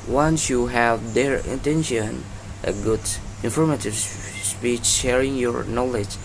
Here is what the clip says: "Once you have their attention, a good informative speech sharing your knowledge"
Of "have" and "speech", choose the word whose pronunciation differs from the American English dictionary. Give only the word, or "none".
none